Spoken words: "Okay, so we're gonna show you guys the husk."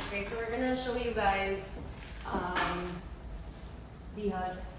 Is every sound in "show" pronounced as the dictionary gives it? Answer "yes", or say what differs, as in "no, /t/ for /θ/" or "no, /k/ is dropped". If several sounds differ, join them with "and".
yes